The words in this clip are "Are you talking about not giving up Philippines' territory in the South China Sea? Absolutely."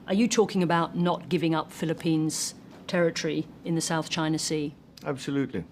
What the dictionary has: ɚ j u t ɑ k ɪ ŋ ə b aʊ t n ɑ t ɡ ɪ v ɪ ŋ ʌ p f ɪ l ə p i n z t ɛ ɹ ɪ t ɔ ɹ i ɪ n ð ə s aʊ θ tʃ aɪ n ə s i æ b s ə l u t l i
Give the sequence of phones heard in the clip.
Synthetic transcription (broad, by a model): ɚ j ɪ t ɑ k ɪ ŋ ə b aʊ t n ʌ t ɡ ɪ v ɪ ŋ ʌ p f ɪ l ə p i n z t ɛ ɹ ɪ t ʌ ɹ i ɪ n ð ə s aʊ θ tʃ aɪ n ə s i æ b s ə l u t l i